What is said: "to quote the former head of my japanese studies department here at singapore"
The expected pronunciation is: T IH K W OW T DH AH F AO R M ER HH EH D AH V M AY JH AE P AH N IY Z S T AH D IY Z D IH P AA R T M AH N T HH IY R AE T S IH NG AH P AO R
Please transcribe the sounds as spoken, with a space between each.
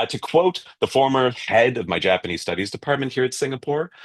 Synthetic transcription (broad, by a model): T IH K W OW T DH AH F AO R M ER HH EH D AH V M AY JH AE P AH N IY Z S T AH D IY Z D IH P AA R T M AH N T HH IY R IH T S IH NG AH P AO R